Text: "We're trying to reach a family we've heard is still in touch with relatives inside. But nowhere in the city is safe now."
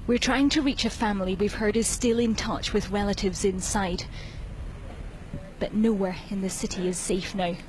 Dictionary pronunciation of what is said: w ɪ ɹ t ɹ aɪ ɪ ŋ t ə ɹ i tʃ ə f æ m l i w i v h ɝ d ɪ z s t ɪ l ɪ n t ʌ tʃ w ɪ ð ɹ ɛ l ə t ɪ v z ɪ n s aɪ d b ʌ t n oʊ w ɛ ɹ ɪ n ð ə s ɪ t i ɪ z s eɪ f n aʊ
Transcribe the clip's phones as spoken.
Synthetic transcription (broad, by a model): w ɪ ɹ t ɹ aɪ ɪ ŋ t ə ɹ i tʃ ə f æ m l i w i v h ɝ d ɪ z s t ɪ l ɪ n t ʌ tʃ w ɪ ð ɹ ɛ l ə t ɪ v z ɪ n s aɪ d b ʌ t n oʊ w ɛ ɹ ɪ n ð ə s ɪ t i ɪ z s eɪ f n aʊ